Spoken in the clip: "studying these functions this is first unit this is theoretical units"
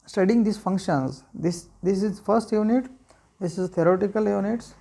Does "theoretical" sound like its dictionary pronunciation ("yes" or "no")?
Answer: no